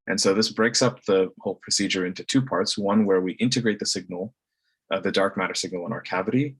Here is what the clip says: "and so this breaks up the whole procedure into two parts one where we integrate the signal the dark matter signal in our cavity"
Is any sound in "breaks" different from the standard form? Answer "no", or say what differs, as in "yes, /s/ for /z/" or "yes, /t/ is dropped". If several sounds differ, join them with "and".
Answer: no